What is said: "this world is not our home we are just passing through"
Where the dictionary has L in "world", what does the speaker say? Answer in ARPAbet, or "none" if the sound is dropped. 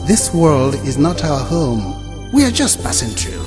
L